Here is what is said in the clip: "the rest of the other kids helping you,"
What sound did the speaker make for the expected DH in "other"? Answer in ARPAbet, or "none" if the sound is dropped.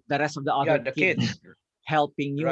none